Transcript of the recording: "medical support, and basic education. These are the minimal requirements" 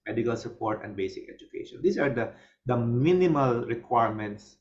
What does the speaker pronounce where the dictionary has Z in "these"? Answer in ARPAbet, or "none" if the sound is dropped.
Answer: S